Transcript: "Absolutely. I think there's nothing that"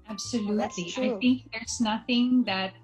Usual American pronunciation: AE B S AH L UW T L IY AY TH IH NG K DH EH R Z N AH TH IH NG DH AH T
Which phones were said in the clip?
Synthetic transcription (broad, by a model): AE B S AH L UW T L IY AY TH IH NG K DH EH R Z N AH TH IH NG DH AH T